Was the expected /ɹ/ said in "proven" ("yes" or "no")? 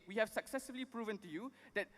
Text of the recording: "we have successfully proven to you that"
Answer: yes